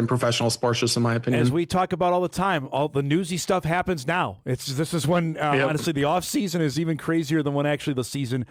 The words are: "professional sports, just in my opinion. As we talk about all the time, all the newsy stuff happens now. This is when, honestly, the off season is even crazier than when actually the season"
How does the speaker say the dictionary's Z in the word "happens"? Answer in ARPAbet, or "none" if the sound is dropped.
Z